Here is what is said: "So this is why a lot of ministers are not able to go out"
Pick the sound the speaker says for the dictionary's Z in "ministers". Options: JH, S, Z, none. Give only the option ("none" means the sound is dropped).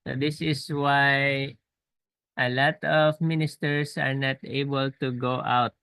S